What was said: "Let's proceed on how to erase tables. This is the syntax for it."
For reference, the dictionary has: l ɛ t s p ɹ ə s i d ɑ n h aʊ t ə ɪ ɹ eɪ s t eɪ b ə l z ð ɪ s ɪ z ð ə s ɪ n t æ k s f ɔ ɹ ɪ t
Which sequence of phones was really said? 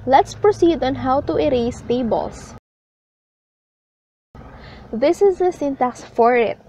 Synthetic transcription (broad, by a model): l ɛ t s p ɹ ə s i d ɑ n h aʊ t ə ɪ ɹ eɪ s t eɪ b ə l s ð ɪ s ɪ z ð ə s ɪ n t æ k s f ɔ ɹ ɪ t